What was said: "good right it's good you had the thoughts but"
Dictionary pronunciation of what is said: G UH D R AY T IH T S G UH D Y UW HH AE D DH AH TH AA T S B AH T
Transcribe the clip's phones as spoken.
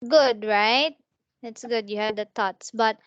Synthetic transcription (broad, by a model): G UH D R AY T IH T S G UH D Y UW HH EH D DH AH T AA T S B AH T